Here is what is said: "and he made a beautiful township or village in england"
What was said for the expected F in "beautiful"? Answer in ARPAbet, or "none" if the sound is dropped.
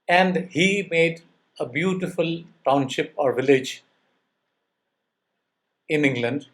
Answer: F